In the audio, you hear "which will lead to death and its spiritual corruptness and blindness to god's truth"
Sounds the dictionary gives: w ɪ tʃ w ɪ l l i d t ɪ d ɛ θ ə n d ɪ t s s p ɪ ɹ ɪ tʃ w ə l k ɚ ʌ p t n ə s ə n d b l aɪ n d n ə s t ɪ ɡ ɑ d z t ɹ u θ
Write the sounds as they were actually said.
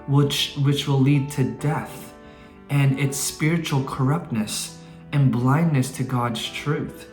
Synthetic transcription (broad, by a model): w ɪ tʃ w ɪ w l i d t ɪ d ɛ θ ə n ɪ t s s p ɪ ɹ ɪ tʃ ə l k ɚ ʌ p t n ə s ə n b l aɪ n n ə s t ɪ ɡ ɑ d z t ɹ u θ